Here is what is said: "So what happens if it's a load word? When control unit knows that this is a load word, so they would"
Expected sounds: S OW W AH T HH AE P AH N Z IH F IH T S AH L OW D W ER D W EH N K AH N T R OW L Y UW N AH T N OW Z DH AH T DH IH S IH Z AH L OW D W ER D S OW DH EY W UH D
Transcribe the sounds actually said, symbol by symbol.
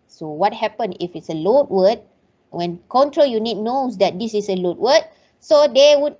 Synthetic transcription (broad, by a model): S OW W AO T HH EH P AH N IH F IH T S AH L OW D W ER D W EH N K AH N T R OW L Y UW N AH T N OW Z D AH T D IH S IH S AH L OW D W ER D S OW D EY W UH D